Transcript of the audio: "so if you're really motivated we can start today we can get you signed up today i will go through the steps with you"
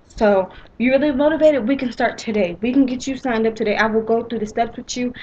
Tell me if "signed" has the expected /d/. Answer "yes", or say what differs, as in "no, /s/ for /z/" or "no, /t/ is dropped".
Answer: yes